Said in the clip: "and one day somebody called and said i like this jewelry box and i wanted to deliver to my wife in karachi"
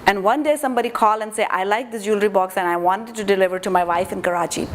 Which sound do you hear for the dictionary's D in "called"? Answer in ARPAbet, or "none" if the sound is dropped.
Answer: none